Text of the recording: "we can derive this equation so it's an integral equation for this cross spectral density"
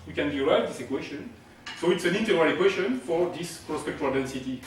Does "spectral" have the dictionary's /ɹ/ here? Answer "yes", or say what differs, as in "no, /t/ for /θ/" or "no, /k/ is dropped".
no, /ɹ/ is dropped